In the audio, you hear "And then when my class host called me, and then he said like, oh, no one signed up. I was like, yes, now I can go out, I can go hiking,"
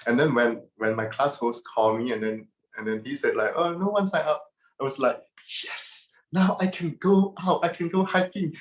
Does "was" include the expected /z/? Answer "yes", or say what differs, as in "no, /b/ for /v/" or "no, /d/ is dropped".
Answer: no, /s/ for /z/